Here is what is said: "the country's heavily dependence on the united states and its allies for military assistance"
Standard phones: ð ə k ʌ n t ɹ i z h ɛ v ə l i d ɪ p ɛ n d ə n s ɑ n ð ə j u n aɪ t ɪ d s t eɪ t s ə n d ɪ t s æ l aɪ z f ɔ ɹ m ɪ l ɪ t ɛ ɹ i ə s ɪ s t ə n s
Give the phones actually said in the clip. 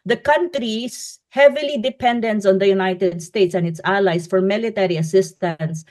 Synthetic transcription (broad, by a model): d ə k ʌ n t ɹ i s h ɛ v ə l i d ɪ p ɛ n d ə n s ɑ n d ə j u n aɪ t ɪ d s t eɪ t s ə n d ɪ t s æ l aɪ s f ɔ ɹ m ɪ l ɪ t ɛ ɹ i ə s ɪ s t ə n s